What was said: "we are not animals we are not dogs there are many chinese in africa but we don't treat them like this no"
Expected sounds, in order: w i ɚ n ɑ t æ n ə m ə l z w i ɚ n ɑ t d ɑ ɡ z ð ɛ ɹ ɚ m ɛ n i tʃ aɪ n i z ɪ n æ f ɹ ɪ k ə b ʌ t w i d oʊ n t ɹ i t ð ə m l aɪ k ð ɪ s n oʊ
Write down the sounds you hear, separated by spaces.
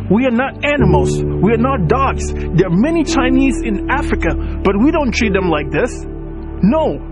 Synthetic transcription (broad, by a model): w i ɚ n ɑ t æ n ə m l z w i ɚ n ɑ t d ɑ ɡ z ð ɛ ɹ m ɛ n i tʃ aɪ n i z ɪ n æ f ɹ ɪ k ə b ʌ t w i d oʊ n t ɹ i t ð ə m l aɪ k ð ɪ s n oʊ